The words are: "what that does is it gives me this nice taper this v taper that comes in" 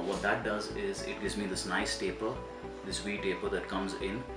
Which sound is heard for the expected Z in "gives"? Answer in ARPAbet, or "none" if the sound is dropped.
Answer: Z